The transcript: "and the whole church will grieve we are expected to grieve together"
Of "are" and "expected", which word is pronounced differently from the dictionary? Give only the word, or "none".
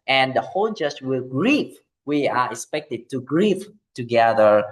none